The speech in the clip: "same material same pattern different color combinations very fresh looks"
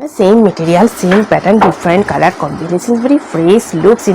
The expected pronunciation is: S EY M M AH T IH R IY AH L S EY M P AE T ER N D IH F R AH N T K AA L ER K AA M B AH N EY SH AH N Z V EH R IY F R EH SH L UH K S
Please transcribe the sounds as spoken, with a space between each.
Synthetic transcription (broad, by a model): S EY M M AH T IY R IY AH L S EY M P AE T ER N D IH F R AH N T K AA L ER K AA M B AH N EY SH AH N S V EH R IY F R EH S L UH K S